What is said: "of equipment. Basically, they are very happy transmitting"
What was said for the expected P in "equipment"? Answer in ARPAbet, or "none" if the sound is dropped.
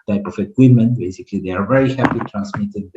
none